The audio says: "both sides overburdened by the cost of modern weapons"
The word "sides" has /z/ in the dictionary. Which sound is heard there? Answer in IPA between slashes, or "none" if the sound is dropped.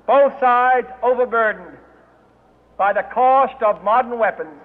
/z/